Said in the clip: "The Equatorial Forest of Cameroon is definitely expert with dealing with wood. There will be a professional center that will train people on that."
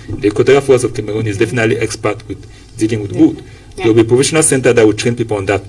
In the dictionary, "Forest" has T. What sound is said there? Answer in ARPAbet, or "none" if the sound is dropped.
none